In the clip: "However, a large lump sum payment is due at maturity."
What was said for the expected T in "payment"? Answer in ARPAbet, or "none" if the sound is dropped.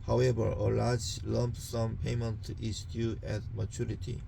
T